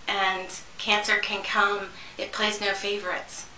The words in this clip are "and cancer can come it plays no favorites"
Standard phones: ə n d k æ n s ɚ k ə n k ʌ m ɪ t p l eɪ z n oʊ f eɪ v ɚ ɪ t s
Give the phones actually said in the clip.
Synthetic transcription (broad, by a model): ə n k æ n s ɚ k ə n k ʌ m ɪ t p l eɪ z n oʊ f eɪ v ɚ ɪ t s